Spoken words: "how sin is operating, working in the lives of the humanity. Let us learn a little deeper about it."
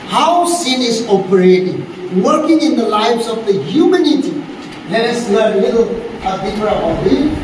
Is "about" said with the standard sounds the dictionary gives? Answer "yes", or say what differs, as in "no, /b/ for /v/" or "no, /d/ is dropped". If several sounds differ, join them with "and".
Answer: no, /b/ is dropped